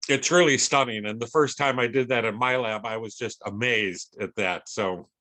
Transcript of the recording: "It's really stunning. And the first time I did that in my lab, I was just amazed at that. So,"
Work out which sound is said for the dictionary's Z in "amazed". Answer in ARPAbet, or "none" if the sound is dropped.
Z